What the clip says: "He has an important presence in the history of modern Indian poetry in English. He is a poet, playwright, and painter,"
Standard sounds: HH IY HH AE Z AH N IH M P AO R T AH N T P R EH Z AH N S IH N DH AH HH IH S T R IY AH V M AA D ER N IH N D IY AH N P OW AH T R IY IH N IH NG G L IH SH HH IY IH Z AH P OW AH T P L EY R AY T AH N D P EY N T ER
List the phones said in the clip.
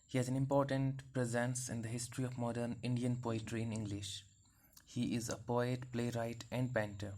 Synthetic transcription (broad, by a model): HH IY HH AE Z AH N IH M P AO R T AH N T P R EH Z AH N S IH N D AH HH IH S T R IY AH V M AA D ER N IH N D IY AH N P OW AH T R IY IH N IH NG G L IH SH HH IY IH Z AH P OW AH T P L EY R AY T AH N D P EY N T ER